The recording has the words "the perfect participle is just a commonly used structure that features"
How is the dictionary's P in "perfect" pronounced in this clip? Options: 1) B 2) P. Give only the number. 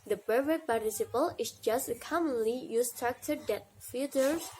1